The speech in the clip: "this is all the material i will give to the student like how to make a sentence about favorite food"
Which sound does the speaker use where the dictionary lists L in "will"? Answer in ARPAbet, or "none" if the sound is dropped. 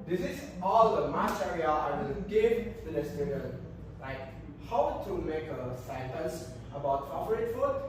N